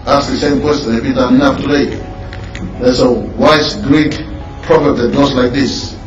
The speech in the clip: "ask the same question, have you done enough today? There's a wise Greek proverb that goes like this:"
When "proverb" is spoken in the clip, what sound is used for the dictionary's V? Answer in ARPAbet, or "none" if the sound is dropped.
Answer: F